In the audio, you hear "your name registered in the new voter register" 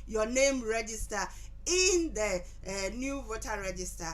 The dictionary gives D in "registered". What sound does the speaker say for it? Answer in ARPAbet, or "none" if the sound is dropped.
none